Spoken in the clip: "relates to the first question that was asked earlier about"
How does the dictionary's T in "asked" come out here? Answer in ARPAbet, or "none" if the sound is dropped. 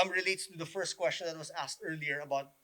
T